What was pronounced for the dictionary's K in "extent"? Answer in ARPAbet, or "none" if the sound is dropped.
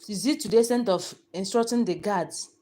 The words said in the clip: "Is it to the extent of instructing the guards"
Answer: none